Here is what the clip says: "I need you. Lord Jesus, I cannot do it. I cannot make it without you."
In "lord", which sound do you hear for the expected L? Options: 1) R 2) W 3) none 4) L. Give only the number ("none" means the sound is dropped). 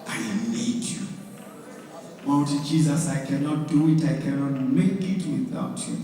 2